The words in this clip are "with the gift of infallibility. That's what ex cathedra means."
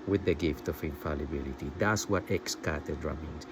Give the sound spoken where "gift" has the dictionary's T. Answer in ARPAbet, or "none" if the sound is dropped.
T